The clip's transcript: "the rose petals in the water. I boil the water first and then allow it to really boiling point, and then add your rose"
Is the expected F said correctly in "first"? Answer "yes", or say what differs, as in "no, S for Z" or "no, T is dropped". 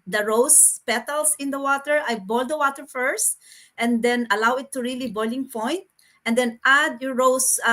yes